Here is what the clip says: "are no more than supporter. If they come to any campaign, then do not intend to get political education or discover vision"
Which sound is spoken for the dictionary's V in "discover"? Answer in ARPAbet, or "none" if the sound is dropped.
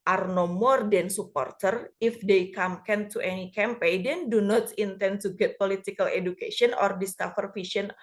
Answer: F